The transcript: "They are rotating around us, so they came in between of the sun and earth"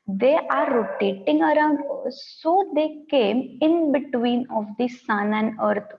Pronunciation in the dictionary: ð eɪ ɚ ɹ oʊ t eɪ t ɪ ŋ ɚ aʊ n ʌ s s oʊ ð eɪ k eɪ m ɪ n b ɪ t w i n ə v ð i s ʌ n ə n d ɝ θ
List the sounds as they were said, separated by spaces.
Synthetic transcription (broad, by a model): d eɪ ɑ ɹ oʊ t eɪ t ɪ ŋ ɚ aʊ n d s oʊ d eɪ k eɪ m ɪ n b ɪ t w i n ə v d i s ʌ n ə n d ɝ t